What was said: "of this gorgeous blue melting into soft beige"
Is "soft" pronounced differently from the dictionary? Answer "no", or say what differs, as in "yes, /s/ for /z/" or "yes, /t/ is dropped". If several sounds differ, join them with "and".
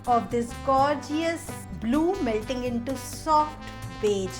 no